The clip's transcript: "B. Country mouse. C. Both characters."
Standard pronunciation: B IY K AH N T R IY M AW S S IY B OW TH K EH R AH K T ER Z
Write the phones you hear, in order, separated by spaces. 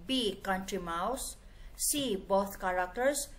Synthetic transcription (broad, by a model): B IY K AH N T R IY M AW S S IY B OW T K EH R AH K T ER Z